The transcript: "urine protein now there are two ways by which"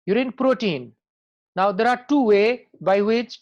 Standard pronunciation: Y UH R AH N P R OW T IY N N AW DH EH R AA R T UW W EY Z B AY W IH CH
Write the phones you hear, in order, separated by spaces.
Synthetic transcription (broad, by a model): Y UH R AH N P R OW T IY N N AW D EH R AA R T UW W EY B AY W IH CH